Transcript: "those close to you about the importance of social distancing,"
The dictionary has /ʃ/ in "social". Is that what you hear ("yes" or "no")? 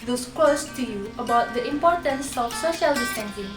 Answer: yes